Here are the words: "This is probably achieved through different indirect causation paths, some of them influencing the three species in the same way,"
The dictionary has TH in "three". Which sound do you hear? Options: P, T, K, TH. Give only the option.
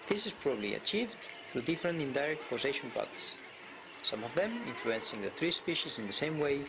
TH